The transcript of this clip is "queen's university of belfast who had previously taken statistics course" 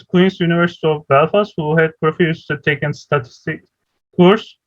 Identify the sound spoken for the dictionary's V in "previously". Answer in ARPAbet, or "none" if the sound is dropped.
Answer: F